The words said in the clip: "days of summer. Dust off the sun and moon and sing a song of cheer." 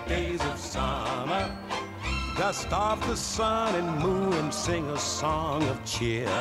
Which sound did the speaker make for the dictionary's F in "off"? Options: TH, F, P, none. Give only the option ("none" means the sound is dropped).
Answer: P